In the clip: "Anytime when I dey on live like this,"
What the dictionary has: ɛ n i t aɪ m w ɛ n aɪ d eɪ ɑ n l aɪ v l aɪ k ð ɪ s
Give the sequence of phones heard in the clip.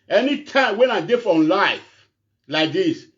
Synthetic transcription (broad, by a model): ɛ n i t aɪ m w ɛ n aɪ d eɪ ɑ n l aɪ f l aɪ k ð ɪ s